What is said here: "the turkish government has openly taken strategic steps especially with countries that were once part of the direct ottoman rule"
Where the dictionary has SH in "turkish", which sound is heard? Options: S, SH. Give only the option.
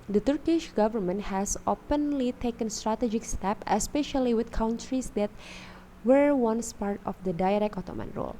SH